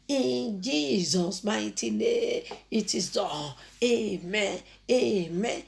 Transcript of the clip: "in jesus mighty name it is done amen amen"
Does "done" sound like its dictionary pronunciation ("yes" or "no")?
no